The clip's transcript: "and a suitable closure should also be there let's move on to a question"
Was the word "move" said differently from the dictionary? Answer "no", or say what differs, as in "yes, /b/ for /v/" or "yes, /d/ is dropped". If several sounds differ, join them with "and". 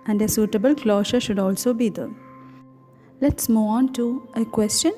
yes, /v/ is dropped